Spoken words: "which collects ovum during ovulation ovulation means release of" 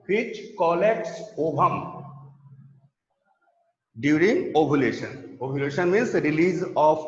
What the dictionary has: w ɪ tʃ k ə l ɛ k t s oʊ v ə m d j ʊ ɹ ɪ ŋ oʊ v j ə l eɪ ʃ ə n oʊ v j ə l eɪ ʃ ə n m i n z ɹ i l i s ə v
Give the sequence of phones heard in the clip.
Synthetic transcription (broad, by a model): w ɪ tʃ k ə l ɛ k t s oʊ b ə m d j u ɹ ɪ ŋ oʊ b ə l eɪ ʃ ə n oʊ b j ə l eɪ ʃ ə n m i n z ɹ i l i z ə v